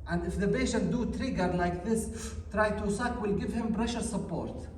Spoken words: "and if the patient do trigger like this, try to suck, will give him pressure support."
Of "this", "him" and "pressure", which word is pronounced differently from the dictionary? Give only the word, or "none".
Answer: pressure